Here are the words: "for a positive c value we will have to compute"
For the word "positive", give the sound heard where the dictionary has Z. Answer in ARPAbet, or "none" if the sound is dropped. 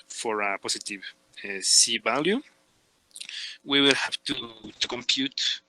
S